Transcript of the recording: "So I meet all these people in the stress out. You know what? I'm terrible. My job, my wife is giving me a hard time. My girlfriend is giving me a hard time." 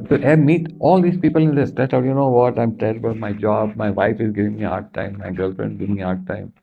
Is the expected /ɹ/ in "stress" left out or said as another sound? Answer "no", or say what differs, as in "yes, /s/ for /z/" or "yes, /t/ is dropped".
yes, /ɹ/ is dropped